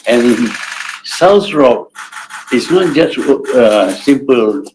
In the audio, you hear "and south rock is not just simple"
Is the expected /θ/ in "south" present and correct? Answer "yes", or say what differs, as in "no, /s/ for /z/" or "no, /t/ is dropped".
no, /s/ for /θ/